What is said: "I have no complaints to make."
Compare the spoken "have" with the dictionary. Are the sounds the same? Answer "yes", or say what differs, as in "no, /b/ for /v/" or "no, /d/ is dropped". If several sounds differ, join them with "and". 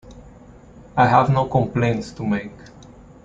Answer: yes